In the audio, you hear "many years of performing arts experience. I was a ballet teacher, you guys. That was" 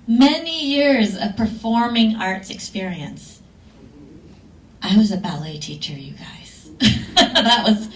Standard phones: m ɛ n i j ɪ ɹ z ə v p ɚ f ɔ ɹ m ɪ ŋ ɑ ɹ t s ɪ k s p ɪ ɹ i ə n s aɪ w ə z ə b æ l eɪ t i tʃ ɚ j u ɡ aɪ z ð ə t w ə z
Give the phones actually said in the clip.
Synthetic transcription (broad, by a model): m ɛ n i j ɪ ɹ z ə v p ɚ f ɔ ɹ m ɪ ŋ ɑ ɹ t s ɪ k s p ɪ ɹ i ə n s aɪ w ə z ə b æ l eɪ t i tʃ ɚ j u ɡ aɪ z ð ə t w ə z